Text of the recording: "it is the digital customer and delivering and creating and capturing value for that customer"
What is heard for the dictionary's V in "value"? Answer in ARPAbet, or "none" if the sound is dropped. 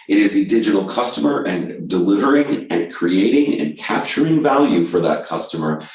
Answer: V